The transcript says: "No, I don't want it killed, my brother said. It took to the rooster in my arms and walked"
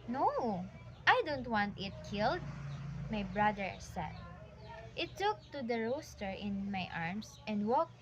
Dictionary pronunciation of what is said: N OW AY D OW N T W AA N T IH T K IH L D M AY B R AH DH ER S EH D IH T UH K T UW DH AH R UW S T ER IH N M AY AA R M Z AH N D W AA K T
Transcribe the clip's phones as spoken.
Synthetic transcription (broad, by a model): N OW AY D OW N T W AA N T IH T K IH L D M AY B R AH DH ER S EH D IH T UH K T UW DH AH R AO S T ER IH N M AY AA R M S AH N D W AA K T